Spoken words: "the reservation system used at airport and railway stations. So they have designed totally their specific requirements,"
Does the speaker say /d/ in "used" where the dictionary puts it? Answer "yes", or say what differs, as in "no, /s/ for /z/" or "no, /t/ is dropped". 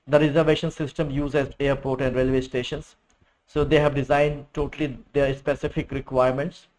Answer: no, /d/ is dropped